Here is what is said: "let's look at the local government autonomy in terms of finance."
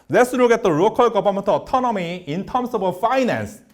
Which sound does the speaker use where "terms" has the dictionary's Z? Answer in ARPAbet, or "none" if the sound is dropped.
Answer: S